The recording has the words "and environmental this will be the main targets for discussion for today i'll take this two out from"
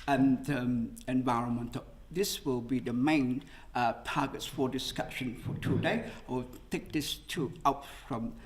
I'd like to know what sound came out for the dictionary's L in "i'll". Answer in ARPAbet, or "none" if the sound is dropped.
W